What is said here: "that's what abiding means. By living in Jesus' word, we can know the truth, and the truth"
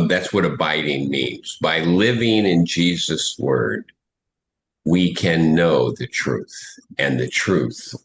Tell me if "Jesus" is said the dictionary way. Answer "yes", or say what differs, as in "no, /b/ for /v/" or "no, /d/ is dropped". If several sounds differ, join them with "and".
yes